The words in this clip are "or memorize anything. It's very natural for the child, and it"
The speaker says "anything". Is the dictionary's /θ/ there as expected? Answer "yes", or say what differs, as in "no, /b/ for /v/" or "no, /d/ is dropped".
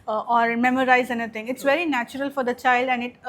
no, /t/ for /θ/